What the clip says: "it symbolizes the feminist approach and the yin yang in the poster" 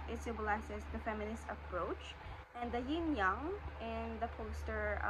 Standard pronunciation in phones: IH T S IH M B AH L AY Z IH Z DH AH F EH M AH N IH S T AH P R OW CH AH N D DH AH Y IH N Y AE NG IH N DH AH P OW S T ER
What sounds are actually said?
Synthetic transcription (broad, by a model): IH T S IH B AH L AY S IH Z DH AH F EH M AH N IH S T AH P R OW CH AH N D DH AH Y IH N Y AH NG IH N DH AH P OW S T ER